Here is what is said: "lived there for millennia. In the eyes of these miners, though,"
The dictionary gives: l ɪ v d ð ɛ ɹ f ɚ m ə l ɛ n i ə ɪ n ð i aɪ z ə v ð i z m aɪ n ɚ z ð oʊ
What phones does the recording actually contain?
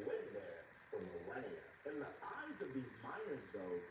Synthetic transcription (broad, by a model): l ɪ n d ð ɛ ɹ f ɚ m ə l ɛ i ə ɪ n ð i aɪ z ə v ð i z m aɪ n ɚ z ð oʊ